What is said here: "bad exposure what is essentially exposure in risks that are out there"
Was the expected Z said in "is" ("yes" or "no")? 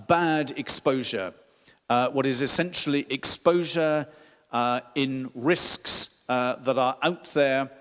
yes